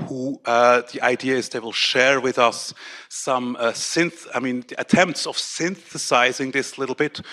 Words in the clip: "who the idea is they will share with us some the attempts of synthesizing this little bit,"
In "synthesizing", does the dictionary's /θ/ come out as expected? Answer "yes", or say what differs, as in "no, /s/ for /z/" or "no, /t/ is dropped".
yes